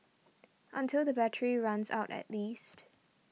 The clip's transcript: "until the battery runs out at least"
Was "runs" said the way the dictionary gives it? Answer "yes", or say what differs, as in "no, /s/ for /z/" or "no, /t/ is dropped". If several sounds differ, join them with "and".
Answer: yes